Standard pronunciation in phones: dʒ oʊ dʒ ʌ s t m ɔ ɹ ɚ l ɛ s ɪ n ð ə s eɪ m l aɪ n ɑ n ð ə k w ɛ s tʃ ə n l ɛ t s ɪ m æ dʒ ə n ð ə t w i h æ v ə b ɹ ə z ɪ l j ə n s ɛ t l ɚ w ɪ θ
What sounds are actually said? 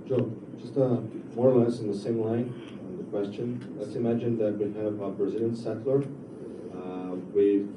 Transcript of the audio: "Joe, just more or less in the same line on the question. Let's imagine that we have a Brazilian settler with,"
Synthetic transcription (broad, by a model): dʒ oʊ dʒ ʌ s t m ɔ ɹ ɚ l ɛ s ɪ n ð ə s eɪ m l aɪ n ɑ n ð ə k w ɛ s tʃ ə n l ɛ t s ɪ m æ dʒ ə n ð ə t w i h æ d ə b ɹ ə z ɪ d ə n s ɛ t l ɚ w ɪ